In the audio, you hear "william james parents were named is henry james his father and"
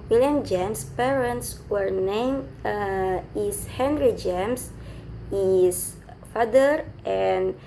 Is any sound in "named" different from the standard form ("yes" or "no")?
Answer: yes